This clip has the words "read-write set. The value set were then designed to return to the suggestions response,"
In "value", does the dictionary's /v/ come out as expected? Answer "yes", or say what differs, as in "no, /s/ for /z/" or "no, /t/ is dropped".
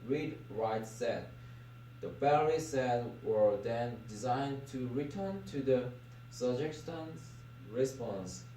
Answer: no, /b/ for /v/